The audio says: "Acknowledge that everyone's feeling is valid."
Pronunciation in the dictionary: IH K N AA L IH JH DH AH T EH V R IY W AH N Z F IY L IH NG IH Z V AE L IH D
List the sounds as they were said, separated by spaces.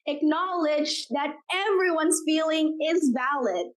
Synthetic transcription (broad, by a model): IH K N AA L IH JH DH AH T EH V R IY W AH N Z F IY L IH NG IH Z V AE L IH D